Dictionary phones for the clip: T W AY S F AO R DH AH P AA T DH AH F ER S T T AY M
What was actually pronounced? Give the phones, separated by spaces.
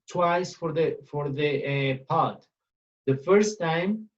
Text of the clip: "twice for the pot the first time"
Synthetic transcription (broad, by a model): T W AY S F AO R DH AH P AA T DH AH F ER S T T AY M